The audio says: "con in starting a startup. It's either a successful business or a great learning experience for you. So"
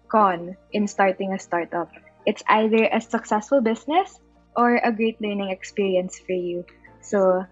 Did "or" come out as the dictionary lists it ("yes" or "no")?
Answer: yes